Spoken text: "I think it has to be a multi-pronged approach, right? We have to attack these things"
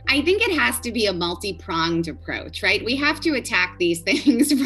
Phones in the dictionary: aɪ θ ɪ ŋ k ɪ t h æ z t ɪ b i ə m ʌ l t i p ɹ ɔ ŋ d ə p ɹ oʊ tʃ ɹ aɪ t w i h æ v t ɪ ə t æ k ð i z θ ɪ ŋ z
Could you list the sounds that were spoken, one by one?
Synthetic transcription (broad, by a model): aɪ θ ɪ ŋ k ɪ t h æ z t ɪ b i ə m ʌ l t i p ɹ ɔ ŋ d ə p ɹ oʊ tʃ ɹ aɪ t w i h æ f t ɪ ə t æ k ð i z θ ɪ ŋ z